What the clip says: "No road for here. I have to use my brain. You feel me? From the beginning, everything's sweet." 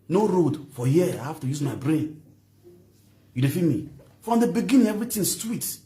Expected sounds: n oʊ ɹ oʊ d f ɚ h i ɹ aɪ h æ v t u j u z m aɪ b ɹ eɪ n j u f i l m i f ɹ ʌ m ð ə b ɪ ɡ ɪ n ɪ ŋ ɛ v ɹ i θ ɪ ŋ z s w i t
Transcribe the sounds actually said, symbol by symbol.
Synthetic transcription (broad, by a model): n oʊ ɹ oʊ d f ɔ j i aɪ h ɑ f t u j u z m aɪ b ɹ eɪ n j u f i m i f ɹ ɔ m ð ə b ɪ ɡ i n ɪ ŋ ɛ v ɹ i t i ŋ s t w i t